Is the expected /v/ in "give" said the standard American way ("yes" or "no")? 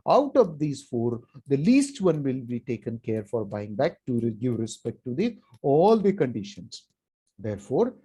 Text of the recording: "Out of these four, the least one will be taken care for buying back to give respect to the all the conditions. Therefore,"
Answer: yes